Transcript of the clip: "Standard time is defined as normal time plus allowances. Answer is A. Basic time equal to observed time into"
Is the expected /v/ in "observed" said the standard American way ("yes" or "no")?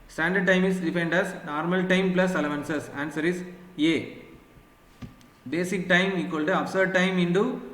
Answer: no